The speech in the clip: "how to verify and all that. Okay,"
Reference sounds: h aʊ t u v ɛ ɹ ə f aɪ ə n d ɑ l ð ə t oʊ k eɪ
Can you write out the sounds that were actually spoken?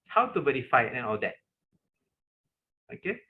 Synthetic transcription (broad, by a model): h aʊ t u b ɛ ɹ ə f aɪ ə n ɑ l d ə t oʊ k eɪ